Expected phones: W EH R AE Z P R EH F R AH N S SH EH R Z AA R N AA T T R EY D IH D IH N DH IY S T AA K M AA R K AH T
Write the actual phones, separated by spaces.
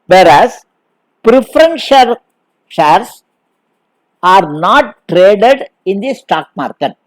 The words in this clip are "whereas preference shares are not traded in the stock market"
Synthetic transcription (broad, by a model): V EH R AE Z P R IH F R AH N SH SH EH R S AA R N AA T T R EY D IH D IH N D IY S T AA K M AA R K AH T